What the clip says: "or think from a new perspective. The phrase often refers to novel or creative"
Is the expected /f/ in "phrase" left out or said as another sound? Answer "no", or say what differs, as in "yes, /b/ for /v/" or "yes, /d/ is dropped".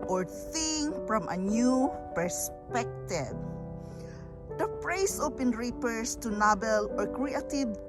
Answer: yes, /p/ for /f/